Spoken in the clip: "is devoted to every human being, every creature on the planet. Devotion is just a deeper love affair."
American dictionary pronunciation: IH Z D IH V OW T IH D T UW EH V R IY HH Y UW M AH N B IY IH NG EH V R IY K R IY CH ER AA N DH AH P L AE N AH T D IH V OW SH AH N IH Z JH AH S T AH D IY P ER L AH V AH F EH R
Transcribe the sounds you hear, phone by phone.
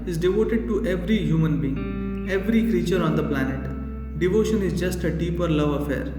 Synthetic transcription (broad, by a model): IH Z D IH V OW T IH D T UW EH V R IY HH Y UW M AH N B IY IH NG EH V R IY K R IY CH ER AA N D AH P L AE N AH T D IH V OW SH AH N IH Z JH AH S T AH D IY P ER L AH V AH F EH R